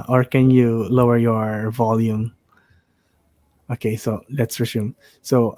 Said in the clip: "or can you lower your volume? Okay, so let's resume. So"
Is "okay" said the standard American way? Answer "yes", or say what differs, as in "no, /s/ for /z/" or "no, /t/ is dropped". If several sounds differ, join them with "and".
yes